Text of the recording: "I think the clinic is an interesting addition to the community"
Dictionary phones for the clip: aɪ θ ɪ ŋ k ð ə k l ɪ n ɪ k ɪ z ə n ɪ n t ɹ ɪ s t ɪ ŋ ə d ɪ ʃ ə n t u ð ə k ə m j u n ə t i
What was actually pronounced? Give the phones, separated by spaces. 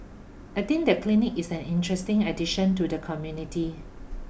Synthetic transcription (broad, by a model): aɪ t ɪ ŋ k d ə k l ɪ n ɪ k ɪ s ə n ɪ n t ɹ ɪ s t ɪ ŋ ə d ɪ ʃ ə n t u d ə k ə m j u n ə t i